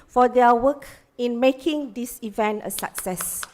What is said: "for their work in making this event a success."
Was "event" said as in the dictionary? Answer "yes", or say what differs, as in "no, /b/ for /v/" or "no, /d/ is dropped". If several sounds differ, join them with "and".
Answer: yes